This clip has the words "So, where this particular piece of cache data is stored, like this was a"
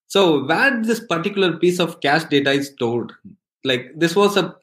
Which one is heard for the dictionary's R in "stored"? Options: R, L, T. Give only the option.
L